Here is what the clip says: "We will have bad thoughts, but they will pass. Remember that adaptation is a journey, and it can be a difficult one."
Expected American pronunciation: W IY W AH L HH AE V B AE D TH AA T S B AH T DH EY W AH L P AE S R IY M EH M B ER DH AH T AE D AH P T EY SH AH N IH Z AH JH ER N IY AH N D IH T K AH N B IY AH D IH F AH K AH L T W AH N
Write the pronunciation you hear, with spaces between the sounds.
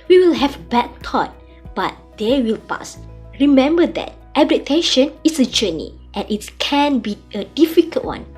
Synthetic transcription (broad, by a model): W IY W AH L HH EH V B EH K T AA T B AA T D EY W AH L P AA S R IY M EH M B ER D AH T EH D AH T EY SH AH N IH S AH JH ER N IY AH N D IH T K AH N B IY AH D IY F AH K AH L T W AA N